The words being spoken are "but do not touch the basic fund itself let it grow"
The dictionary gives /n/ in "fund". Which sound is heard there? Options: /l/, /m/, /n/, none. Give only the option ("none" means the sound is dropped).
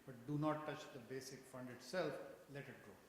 /n/